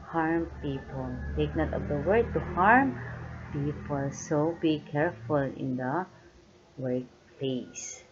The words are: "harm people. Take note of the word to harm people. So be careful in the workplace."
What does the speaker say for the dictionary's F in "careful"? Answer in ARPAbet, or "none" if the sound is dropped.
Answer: F